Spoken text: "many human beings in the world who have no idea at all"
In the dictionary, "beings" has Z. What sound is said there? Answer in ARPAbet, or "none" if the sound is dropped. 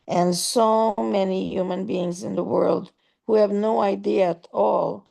Z